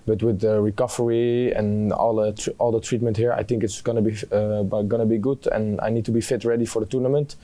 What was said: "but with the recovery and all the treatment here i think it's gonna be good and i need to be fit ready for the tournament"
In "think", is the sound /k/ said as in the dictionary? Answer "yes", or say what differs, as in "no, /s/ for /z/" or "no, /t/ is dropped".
yes